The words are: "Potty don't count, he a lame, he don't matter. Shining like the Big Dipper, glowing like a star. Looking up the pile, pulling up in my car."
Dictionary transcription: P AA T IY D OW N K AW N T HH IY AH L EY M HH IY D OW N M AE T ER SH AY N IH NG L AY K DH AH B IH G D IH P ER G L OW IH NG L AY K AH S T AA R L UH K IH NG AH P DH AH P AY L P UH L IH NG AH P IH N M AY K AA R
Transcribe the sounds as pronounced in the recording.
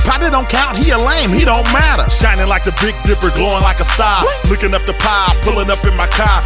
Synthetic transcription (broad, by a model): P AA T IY D OW N K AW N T HH IY AH L EY M HH IY D OW N M AE T ER SH AY N IH NG L AY K DH AH B IH G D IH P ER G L OW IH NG L AY K AH S T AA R L UH K IH NG AH P DH AH P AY P UH L IH NG AH P IH N M AY K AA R